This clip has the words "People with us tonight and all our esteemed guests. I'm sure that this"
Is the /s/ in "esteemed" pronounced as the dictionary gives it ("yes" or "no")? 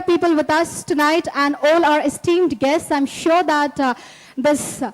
yes